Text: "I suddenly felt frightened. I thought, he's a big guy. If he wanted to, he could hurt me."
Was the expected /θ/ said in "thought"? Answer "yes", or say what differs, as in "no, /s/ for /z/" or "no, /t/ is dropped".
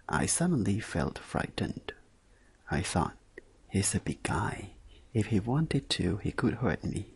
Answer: yes